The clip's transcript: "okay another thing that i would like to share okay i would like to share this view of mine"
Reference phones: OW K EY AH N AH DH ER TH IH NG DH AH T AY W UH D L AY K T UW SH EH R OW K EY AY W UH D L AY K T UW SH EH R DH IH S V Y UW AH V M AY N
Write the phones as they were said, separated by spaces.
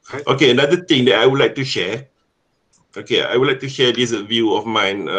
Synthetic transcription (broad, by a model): OW K EY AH N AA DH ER T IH NG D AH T AY W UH D L AY K T UW SH EH OW K EY AY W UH D L AY K T UW SH EH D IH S V Y UW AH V M AY N